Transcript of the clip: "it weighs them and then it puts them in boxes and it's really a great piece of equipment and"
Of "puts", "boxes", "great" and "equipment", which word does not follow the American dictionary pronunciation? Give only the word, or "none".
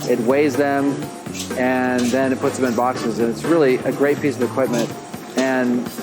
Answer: none